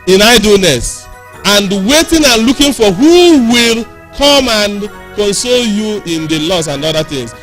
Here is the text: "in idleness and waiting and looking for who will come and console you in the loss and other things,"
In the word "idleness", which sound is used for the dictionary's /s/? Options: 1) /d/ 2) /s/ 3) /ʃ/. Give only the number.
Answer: 2